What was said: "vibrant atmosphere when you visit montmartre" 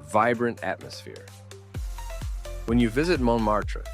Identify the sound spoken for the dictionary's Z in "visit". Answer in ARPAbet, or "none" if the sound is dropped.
Z